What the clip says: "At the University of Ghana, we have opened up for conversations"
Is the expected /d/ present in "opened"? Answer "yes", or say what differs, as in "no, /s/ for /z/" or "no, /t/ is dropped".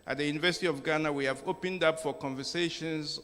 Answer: yes